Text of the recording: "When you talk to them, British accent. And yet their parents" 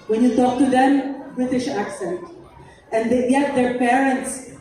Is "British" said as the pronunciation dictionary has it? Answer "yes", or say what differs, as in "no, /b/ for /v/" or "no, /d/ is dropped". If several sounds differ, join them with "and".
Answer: yes